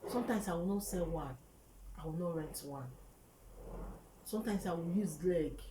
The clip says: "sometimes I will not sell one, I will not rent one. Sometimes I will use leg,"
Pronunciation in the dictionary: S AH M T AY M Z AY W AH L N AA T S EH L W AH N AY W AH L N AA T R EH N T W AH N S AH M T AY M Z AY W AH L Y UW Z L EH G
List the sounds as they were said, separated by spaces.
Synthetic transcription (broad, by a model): S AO M T AY M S AY W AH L N AA T S EH L W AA N AY W AH L N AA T R EH N T W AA N S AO M T AY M S AY W AH L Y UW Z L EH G